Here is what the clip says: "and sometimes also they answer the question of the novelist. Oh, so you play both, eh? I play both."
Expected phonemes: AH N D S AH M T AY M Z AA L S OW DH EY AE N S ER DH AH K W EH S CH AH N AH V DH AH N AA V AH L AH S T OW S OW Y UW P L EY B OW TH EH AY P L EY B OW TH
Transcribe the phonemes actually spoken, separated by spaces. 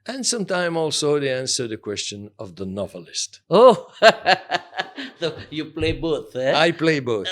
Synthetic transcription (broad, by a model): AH N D S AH M T AY M AA L S OW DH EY AE N S ER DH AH K W EH S CH AH N AH V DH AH N AA V AH L AH S T OW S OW Y UW P L EY B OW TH EH AY P L EY B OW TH